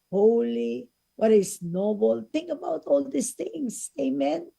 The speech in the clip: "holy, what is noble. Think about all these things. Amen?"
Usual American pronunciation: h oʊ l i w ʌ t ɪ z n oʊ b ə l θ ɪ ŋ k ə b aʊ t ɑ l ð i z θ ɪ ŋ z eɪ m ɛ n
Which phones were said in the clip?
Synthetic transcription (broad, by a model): h oʊ l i w ʌ t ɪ s n oʊ b ə l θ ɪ ŋ k ə b aʊ t ɑ l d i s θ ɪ ŋ s eɪ m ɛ n